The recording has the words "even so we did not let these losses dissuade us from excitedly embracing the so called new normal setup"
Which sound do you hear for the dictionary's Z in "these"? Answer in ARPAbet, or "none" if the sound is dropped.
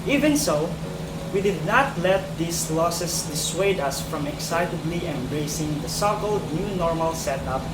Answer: S